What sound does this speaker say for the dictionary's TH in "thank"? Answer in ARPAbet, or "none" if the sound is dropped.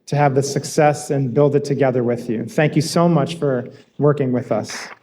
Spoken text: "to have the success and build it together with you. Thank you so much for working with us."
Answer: TH